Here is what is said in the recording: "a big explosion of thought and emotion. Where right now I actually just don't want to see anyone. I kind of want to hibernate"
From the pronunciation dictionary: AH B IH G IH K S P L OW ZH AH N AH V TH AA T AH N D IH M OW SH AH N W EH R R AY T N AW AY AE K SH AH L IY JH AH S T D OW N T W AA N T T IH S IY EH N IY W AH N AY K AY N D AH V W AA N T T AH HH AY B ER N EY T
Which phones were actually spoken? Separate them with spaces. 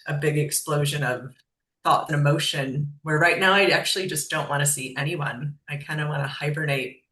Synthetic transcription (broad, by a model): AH B IH G IH K S P L OW ZH AH N AH V TH AA T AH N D IH M OW SH AH N W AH R R AY T N AW AY AE K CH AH L IY JH AH S D OW N T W AA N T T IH S IY EH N IY W AH N AY K AY N D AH W AA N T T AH HH AY B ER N EY T